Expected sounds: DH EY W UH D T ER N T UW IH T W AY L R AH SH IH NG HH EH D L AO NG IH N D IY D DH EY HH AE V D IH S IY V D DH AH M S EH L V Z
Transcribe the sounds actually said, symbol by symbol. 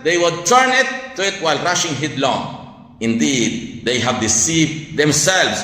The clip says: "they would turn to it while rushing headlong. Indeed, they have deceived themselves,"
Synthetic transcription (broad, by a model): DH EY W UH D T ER N T UW IH T W AY L R AH SH IH NG HH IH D L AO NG IH N D IY D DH EY HH AE V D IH S IY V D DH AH M S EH L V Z